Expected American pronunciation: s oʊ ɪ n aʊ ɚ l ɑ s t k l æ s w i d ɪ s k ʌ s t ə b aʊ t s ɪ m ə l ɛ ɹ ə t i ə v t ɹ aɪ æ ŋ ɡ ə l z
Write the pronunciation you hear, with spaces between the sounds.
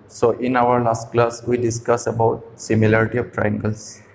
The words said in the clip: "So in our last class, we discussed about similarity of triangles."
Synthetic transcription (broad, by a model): s oʊ ɪ n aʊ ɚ l ɑ s t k l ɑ s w i d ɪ s k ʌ s ə b aʊ t s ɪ m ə l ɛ ɹ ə t i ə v t ɹ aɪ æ ŋ ɡ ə l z